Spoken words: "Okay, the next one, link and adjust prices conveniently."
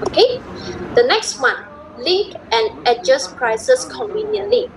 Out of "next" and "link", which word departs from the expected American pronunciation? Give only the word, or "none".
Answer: link